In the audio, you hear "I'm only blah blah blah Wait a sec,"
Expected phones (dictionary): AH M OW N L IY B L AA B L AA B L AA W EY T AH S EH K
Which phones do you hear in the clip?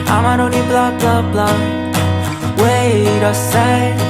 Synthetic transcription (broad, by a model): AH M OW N IY B L AA B L AA B L AA W EY T AH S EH